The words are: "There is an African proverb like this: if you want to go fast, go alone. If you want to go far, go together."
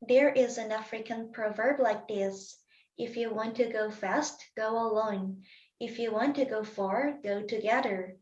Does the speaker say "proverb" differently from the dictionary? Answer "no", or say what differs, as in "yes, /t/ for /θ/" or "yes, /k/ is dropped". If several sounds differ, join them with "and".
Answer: no